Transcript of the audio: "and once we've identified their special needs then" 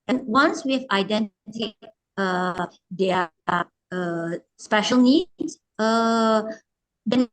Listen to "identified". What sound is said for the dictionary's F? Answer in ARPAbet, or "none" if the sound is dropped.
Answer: none